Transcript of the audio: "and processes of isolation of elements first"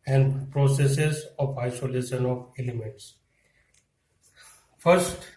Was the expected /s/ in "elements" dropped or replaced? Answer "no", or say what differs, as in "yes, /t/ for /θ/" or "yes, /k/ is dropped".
no